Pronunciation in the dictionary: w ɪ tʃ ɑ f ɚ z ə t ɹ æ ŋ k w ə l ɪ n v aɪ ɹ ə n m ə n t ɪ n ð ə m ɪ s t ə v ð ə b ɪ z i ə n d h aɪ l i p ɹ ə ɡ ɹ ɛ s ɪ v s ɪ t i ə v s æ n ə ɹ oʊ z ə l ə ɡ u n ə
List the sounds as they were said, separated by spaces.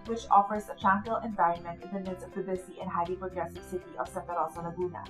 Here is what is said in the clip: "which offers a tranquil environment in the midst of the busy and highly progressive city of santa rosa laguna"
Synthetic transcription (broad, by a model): w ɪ tʃ ɑ f ɚ z ə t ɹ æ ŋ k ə l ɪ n v aɪ ɹ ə n m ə n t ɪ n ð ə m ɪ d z ə v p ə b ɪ s i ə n h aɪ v i p ɹ ə ɡ ɹ ɛ s ɪ v s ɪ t i ə v s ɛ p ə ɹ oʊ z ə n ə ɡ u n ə